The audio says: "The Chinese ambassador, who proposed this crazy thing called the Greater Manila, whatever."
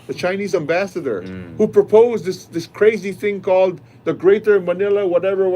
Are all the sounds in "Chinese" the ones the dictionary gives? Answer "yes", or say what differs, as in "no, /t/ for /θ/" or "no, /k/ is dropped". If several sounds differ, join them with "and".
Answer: yes